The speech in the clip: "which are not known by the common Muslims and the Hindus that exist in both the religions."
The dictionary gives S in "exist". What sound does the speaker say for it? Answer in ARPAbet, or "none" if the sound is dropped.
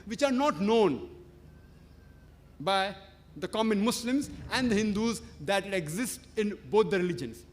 S